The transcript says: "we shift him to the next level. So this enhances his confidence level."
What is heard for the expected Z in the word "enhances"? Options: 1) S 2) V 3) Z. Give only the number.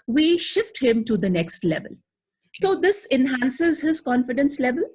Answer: 3